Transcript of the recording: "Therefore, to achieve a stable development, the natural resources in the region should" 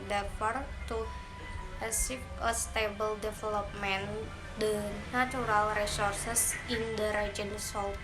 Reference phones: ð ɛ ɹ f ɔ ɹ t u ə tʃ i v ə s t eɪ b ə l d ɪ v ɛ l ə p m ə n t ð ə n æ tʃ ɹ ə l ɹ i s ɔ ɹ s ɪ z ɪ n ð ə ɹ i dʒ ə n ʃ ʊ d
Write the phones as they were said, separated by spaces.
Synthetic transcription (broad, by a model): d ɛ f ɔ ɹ t u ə s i p ə s t eɪ b ə l d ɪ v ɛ l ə p m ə n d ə n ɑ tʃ ɹ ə l ɹ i s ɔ ɹ s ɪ s ɪ n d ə ɹ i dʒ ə n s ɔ